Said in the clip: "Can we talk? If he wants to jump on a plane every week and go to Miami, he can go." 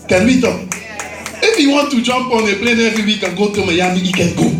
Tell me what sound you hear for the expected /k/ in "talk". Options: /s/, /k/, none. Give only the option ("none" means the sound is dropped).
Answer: none